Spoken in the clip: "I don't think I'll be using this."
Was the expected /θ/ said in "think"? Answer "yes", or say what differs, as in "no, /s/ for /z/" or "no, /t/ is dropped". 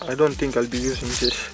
no, /t/ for /θ/